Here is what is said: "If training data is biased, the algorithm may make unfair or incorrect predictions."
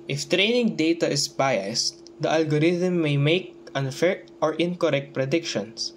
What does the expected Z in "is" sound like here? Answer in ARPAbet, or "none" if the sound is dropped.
S